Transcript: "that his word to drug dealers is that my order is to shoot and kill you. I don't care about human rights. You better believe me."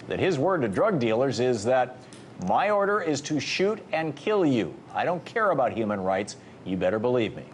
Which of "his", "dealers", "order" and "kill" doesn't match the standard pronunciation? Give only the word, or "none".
none